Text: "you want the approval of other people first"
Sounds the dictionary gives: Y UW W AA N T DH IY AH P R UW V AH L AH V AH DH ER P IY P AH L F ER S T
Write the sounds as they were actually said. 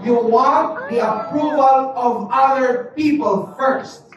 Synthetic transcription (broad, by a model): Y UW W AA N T DH IY AH P R UW V AH L AH V AH DH ER P IY P AH L F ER S T